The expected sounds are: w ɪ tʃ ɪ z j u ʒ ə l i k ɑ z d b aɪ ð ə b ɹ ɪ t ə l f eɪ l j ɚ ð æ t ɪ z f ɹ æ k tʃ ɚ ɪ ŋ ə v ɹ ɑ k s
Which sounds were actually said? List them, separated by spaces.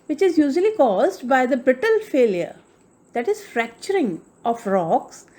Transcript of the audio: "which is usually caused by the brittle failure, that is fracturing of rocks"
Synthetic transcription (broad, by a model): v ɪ tʃ ɪ z j u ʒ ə l i k ɑ z d b aɪ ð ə b ɹ ɪ t ə l f eɪ l j ɚ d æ t ɪ z f ɹ æ k tʃ ɚ ɪ ŋ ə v ɹ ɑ k s